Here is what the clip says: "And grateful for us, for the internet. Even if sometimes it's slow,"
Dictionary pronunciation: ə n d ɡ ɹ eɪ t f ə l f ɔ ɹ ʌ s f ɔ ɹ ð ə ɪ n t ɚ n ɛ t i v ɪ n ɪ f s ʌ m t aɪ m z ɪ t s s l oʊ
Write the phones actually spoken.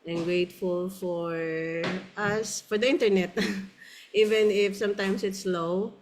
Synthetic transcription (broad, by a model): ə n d ɡ ɹ eɪ t f ə l f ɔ ɹ ʌ s f ɔ ɹ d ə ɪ n t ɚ n ɛ t i v ɪ n ɪ f s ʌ m t aɪ m s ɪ t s s l oʊ